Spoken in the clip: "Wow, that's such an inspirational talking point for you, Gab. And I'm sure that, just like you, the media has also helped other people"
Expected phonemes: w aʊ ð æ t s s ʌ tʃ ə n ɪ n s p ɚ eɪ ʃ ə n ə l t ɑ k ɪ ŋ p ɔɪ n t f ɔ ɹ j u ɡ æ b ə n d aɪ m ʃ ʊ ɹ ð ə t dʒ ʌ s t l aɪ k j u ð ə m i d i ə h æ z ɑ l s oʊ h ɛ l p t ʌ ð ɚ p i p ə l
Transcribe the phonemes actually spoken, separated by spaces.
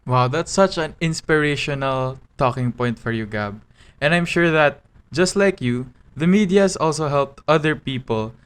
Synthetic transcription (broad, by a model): w aʊ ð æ t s s ʌ tʃ ə n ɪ n s p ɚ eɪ ʃ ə n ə l t ɑ k ɪ ŋ p ɔɪ n t f ɔ ɹ j u ɡ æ b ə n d aɪ m ʃ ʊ ɹ ð ə t dʒ ʌ s t l aɪ k j u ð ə m i d i ə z ɑ l s oʊ h ɛ l p t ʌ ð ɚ p i p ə l